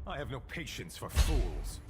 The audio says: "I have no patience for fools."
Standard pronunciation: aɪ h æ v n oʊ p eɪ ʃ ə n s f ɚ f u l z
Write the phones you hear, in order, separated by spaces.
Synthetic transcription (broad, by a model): aɪ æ v n oʊ p eɪ ʃ ə n s f ɚ f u l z